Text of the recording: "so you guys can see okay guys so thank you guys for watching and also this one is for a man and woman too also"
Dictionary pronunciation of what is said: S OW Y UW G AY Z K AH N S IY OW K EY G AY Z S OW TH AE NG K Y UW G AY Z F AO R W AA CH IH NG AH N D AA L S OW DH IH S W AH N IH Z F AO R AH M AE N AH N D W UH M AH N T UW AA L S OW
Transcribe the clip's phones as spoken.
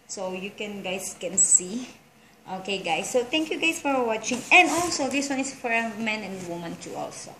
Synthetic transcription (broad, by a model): S OW Y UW G AY S K AH N S IY OW K EY G AY S OW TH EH NG K Y UW G AY S F AO R W AA CH IH NG AH N D AA L S OW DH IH S W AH N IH S F AO R AH M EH N AH N D W UH M AH N T UW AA L S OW